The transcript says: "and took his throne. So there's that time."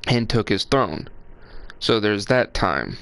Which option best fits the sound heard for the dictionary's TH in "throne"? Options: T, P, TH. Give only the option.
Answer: TH